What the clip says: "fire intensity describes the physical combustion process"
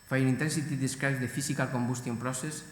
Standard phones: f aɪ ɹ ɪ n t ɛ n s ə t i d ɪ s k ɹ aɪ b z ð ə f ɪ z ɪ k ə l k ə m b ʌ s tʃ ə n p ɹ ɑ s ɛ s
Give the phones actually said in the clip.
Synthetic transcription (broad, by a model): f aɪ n ɪ n t ɛ n s ə t i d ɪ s k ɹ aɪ z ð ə f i s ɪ k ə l k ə m b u s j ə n p ɹ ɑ s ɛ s